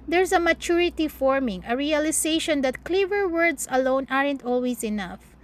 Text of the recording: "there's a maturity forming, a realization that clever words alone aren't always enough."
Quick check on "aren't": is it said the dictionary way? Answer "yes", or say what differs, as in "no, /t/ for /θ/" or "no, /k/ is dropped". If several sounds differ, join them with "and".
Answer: yes